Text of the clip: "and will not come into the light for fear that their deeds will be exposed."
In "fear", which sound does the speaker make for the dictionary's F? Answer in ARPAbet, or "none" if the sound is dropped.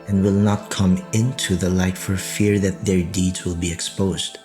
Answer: F